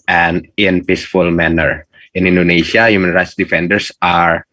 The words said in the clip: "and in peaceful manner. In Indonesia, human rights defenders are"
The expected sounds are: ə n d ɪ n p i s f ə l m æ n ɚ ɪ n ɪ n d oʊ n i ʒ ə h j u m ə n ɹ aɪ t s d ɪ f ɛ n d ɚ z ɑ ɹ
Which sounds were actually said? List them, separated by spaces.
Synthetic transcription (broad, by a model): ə n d ɪ n p i s f ə l m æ n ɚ ɪ n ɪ n d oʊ n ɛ ʃ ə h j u m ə n ɹ aɪ t s d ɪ f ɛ n d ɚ s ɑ ɹ